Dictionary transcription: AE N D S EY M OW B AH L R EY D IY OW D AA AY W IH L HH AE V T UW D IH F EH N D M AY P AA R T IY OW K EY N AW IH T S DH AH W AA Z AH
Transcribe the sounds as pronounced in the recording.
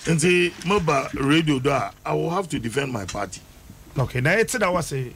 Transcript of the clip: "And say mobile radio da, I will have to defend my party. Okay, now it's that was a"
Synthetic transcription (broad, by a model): N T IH M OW B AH R EY D IY OW D AA AY W IH L HH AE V T UW D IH F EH N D M AY P AA T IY OW K EY N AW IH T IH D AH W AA S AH